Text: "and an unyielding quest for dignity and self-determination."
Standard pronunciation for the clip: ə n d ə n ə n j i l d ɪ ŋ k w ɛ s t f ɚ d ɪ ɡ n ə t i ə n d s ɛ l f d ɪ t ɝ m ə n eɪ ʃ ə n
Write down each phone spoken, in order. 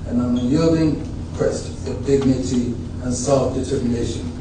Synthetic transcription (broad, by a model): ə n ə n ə j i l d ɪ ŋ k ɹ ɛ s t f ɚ d ɪ ɡ n ə t i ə n s ɛ l f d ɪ t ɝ m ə n eɪ ʃ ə n